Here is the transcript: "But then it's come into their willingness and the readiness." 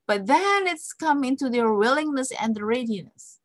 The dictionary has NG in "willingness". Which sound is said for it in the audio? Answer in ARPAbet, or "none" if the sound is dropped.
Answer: NG